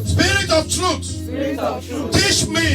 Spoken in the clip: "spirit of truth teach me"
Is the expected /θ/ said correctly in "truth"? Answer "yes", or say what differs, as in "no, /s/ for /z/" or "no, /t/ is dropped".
no, /s/ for /θ/